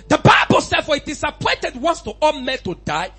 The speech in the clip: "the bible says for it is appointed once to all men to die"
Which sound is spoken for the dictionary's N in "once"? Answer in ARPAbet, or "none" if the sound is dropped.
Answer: N